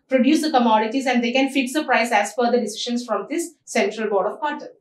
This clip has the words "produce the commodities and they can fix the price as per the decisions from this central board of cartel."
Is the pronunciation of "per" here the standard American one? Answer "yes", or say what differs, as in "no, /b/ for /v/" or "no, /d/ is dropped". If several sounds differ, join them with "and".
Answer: no, /f/ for /p/